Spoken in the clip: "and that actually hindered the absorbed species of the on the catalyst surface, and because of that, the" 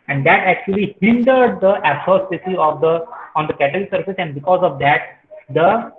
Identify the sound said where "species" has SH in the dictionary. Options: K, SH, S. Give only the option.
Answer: S